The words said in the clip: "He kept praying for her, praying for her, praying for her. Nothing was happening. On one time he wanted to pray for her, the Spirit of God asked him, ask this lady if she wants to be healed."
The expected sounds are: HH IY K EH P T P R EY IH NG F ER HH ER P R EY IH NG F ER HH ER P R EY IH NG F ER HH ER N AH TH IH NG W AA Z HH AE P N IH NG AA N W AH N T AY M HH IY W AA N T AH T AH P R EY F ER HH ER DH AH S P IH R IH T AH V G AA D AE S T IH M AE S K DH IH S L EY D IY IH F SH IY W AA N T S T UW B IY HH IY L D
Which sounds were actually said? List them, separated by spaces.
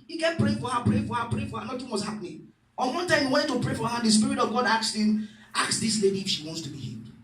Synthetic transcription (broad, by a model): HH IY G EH T P R EY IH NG F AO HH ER P R EY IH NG F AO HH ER P R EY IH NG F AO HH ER N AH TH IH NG W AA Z HH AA P N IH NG AA N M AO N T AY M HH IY W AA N T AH P R EY F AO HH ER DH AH S P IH R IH T AH V G AA D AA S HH IH M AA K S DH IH S L EY D IY F SH IY W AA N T S T UW B IY HH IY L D